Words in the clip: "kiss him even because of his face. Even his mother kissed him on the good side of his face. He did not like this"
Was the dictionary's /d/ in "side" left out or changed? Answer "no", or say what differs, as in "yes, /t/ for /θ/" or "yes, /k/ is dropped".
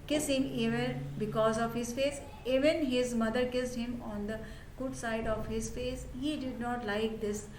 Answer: no